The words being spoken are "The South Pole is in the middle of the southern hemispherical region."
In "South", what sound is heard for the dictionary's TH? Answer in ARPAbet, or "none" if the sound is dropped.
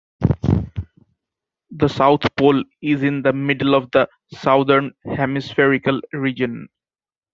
T